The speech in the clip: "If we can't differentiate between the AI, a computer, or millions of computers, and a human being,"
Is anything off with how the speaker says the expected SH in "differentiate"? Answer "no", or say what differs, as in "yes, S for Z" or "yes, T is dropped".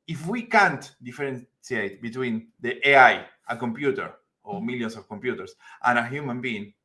yes, S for SH